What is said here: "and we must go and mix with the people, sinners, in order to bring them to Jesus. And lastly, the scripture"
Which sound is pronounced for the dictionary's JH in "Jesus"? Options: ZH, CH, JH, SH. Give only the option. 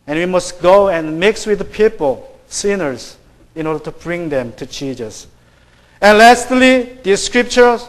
CH